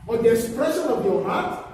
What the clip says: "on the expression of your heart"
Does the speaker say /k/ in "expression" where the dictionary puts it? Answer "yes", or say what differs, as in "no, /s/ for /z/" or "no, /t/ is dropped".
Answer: no, /k/ is dropped